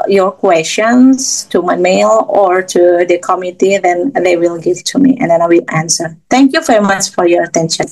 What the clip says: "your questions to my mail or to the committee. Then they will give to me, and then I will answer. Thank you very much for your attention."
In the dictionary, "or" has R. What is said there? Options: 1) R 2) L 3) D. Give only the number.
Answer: 1